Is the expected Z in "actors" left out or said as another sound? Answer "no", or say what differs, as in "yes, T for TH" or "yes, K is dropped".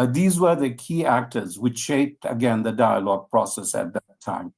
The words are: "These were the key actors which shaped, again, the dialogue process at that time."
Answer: no